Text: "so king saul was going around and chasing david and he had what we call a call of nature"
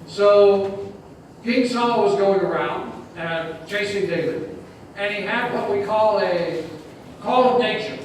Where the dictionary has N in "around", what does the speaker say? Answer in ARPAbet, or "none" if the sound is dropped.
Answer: N